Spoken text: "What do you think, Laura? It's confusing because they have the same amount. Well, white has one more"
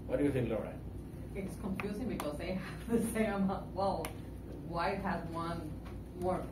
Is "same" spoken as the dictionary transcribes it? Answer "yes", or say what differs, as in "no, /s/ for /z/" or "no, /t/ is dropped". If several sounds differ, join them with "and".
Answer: no, /m/ is dropped